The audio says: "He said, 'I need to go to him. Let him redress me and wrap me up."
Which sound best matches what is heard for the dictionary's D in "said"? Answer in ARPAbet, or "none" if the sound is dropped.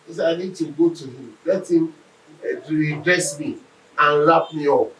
none